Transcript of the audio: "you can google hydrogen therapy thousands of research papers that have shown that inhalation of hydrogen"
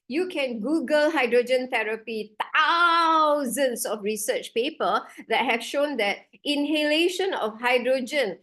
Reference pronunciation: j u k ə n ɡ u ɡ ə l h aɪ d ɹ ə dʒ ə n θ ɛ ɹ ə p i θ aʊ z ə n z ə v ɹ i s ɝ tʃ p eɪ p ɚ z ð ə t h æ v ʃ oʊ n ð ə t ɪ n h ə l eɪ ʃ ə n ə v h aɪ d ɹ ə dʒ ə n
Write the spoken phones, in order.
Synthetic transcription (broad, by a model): j u k ə n ɡ u ɡ ə l h aɪ d ɹ ə dʒ ə n t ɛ ɹ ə p i t aʊ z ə n s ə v ɹ i s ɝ tʃ p eɪ p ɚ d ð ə t h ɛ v ʃ oʊ n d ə t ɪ n h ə l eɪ ʃ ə n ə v h aɪ d ɹ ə dʒ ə n